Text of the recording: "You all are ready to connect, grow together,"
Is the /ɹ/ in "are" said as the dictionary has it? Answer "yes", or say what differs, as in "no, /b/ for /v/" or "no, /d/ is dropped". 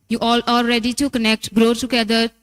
no, /l/ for /ɹ/